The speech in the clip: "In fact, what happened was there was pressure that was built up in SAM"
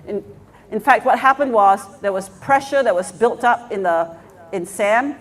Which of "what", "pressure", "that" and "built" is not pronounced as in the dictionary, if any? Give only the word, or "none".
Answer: none